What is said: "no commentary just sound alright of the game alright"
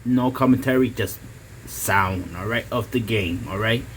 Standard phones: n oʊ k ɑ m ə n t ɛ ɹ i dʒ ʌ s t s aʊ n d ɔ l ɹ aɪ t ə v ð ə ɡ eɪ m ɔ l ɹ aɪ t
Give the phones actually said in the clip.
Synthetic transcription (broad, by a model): n oʊ k ɑ m ə n t ɛ ɹ i dʒ ʌ s t s aʊ n d ɔ l ɹ aɪ t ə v ð ə ɡ eɪ m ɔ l ɹ aɪ t